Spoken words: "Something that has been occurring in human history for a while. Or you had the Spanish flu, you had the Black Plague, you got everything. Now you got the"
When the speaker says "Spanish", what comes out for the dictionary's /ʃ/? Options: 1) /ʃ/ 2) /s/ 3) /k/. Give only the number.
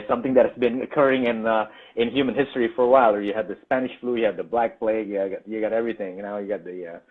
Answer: 1